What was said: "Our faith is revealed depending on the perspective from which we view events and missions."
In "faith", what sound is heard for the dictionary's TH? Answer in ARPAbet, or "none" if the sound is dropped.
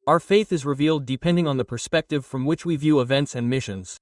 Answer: TH